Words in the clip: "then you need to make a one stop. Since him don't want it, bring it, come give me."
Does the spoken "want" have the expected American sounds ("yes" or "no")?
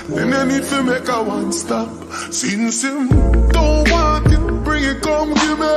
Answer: no